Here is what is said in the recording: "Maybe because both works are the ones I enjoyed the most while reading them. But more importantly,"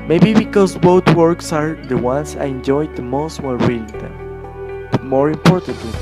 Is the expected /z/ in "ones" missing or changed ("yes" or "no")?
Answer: yes